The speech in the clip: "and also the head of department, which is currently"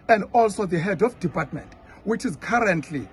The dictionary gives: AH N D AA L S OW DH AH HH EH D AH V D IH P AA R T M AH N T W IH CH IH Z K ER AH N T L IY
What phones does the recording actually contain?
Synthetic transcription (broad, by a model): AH N D AA L S OW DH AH HH EH D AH F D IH P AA T M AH N T W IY CH IH Z K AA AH N T L IY